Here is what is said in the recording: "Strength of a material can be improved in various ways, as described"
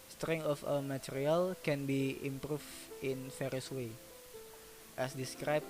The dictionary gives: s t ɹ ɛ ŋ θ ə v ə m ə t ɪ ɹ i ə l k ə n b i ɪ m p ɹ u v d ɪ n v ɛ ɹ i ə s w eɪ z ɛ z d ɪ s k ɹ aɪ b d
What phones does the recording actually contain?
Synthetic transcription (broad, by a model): s t ɹ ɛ ŋ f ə w ə m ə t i ɹ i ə l k ə n b i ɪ m p ɹ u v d ɪ n f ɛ ɹ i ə s w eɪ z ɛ s d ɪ s k ɹ aɪ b